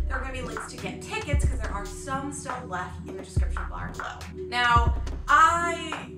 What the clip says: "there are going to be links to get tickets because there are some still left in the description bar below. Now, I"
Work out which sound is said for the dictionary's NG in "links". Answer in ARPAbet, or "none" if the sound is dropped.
none